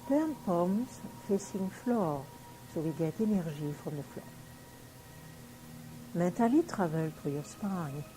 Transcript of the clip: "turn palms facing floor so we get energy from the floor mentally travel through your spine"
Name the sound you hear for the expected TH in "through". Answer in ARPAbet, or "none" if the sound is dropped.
T